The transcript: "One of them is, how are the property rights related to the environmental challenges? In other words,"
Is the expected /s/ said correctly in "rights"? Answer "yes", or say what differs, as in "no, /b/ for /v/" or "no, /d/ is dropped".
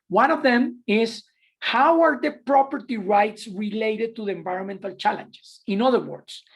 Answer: yes